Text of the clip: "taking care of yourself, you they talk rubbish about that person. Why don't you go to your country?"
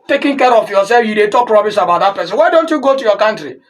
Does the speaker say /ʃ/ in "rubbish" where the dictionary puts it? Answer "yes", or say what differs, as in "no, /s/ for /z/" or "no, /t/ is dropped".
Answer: no, /s/ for /ʃ/